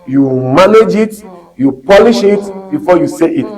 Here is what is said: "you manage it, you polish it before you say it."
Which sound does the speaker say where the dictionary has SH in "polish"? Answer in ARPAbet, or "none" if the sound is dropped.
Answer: SH